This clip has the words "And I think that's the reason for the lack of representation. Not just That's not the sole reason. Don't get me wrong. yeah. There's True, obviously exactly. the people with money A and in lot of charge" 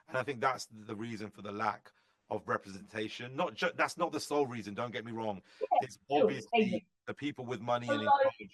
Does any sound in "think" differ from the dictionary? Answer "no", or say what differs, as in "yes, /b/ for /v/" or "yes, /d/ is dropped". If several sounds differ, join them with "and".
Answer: no